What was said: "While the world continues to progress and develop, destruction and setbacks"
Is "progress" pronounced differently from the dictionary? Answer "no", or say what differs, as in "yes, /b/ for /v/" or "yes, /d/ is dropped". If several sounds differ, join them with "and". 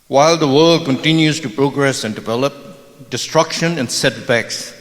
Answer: no